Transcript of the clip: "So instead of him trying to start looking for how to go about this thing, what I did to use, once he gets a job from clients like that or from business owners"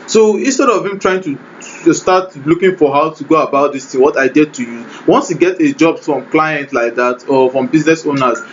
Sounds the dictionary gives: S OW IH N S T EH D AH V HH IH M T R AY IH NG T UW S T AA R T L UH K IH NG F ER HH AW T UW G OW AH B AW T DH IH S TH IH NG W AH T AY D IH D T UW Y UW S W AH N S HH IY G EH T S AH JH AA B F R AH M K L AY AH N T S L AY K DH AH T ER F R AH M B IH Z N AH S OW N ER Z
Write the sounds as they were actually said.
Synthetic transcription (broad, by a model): S OW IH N S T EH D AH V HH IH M T R AY IH NG T UW S T AA T L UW K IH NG F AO HH AW T UW G OW AH B AW T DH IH S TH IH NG W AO T AY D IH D T UW Y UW W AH N S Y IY G EH T AH JH AA B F R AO M K L AY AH N T L AY K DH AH T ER F R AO M B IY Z N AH S OW N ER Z